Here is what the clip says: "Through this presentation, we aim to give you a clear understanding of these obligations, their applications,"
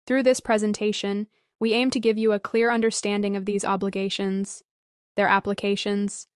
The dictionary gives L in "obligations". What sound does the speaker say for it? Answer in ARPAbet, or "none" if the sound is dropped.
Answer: L